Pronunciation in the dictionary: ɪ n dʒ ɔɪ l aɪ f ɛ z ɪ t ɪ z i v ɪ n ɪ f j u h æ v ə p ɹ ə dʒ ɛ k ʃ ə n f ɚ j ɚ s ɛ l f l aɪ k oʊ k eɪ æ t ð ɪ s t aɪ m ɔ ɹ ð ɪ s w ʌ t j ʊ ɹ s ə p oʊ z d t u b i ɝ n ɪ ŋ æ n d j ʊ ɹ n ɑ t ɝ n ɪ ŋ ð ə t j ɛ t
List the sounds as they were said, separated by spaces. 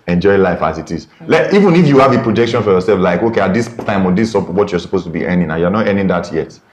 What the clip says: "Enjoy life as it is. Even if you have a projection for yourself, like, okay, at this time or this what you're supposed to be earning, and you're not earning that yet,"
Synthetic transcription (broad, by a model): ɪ n dʒ ɔɪ l aɪ f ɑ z ɪ t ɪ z i v ɪ n ɪ f j u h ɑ v ə p ɹ ə dʒ ɛ k ʃ ə n f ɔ j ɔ s ɛ l f l aɪ k oʊ k eɪ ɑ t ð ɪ s t aɪ m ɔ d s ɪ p w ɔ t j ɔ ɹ s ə p oʊ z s t u b i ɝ n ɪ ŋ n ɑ j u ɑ n ɑ t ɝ n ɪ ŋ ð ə t j ɛ t